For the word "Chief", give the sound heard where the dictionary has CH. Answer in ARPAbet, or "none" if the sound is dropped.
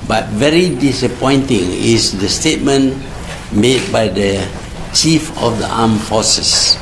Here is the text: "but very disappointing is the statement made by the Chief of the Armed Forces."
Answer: CH